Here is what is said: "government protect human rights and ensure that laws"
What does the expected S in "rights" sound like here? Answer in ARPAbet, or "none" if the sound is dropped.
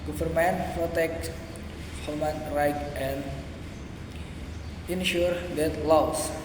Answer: none